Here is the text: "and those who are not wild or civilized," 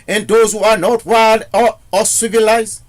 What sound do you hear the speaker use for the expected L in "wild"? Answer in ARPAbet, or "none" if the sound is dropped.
none